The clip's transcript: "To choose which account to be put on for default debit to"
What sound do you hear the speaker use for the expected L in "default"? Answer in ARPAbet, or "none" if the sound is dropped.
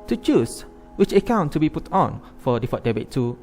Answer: none